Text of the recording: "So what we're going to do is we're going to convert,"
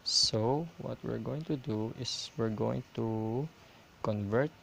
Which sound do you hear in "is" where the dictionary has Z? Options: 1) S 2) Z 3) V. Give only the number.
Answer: 1